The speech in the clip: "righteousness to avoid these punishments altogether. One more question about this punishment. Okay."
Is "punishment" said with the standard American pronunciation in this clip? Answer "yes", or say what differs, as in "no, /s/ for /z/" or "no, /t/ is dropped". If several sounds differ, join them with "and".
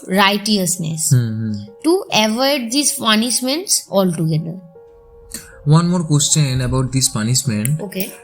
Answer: no, /t/ is dropped